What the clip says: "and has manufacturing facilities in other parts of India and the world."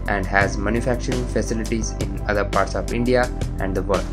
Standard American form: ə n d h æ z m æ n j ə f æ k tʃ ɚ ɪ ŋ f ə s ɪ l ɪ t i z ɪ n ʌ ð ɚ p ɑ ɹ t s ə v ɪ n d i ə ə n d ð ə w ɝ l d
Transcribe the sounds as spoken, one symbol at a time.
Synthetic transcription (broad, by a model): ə n d h æ z m æ n j ə f æ k tʃ ɚ ɪ ŋ f ə s ɪ l ɪ t i z ɪ n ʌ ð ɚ p ɑ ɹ t s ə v ɪ n d i ə ə n d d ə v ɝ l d